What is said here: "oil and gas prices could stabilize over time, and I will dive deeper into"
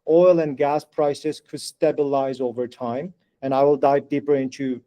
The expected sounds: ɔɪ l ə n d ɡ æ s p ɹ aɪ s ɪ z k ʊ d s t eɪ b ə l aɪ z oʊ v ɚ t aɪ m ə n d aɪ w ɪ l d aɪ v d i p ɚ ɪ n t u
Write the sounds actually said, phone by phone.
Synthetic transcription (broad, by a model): ɔɪ l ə n ɡ æ s p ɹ aɪ s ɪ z k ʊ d s t eɪ b ə l aɪ z oʊ v ɚ t aɪ m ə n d aɪ w ɪ l d aɪ v d i p ɚ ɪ n t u